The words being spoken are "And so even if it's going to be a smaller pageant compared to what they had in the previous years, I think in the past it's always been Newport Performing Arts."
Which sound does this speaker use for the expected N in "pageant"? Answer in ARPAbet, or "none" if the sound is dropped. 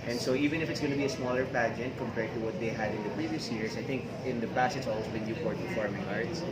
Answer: N